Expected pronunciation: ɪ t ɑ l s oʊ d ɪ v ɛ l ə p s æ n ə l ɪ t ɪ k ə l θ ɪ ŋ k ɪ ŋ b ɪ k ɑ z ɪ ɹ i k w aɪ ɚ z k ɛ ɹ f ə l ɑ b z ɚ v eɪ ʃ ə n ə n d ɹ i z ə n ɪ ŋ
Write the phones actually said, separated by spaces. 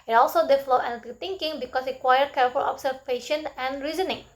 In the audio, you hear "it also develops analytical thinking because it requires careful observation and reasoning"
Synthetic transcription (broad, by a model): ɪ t ɑ l s oʊ d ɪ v l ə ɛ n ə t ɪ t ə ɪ ŋ k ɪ ŋ b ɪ k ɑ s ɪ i k w aɪ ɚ k ɛ ɹ f ə l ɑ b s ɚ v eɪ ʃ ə n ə n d ɹ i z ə n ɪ ŋ